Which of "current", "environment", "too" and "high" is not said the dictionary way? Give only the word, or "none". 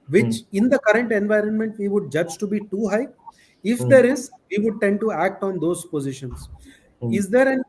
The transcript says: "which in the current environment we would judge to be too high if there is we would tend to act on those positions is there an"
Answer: none